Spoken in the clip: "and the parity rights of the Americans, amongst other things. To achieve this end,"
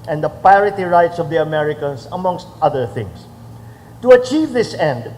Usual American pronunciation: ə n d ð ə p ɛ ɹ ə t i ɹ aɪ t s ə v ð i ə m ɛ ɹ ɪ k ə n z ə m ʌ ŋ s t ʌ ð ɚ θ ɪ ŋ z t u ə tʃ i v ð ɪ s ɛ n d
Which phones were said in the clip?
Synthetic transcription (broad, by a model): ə n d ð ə p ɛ ɹ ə t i ɹ aɪ t s ə v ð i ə m ɛ ɹ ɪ k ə n s ə m ʌ ŋ s t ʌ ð ɚ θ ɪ ŋ s t u ə tʃ i v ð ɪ s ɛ n d